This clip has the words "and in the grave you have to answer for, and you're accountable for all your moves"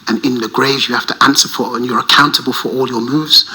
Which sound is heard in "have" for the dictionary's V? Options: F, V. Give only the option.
F